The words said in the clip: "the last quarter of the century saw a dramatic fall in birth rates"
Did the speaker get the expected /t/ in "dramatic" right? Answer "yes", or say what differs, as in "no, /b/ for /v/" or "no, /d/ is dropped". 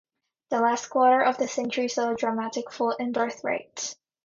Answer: yes